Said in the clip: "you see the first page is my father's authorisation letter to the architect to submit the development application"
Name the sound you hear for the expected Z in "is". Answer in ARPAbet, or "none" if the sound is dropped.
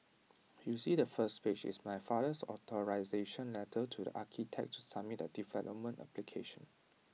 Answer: S